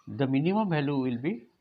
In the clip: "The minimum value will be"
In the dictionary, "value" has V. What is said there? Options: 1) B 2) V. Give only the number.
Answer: 1